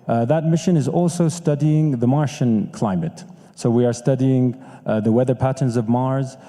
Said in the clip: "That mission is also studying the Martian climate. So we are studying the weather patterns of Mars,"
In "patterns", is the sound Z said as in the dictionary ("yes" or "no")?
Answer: yes